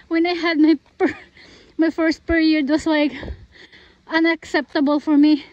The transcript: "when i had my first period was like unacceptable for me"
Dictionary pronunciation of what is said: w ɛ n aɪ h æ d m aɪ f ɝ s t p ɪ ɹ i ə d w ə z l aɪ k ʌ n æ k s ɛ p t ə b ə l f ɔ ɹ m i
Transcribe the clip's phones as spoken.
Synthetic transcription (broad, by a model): w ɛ n aɪ h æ d m aɪ f ɝ s t p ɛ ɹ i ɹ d w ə s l aɪ k ʌ n æ k s ɛ p t ə b ə l f ɔ ɹ m i